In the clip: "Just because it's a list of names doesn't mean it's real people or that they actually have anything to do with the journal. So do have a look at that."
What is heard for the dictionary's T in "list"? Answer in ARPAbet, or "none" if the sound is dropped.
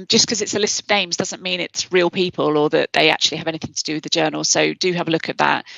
T